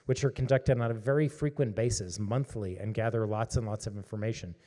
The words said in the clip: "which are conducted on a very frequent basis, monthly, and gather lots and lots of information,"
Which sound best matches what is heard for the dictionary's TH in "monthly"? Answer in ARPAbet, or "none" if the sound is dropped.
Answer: TH